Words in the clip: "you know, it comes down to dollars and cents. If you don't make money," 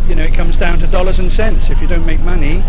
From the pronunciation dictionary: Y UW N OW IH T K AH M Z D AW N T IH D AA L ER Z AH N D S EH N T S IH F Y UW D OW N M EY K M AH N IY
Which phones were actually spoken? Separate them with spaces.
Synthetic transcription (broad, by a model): Y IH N OW IH T K AH M Z D AW N T IH D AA L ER Z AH N S EH N T S IH F Y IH D OW N M EY K M AH N IY